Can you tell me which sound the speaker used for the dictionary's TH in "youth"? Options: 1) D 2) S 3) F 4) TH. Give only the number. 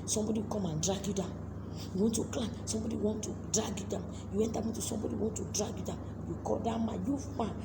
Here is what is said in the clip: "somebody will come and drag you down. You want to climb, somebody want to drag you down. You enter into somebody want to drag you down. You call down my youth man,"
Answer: 3